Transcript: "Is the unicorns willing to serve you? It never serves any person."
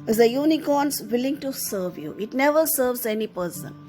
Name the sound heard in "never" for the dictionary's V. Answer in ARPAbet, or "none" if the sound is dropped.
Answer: V